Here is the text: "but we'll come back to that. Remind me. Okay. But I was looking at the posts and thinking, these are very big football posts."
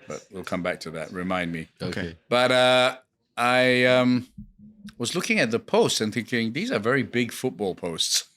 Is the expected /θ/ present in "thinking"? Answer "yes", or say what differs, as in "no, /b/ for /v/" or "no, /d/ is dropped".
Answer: yes